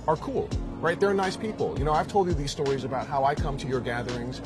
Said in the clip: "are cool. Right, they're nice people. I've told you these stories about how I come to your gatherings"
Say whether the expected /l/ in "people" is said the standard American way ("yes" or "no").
no